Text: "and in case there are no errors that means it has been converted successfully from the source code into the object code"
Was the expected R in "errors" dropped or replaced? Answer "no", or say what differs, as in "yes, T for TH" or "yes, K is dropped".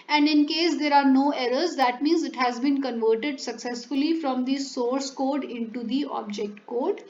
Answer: no